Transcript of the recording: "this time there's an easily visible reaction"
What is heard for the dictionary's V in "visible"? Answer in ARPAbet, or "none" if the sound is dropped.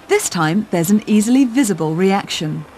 V